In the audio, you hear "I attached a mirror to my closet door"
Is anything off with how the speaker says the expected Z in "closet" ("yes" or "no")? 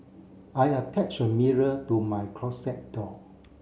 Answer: yes